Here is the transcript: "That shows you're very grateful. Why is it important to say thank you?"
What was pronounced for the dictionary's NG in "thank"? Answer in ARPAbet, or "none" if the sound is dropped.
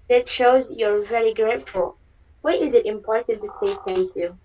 none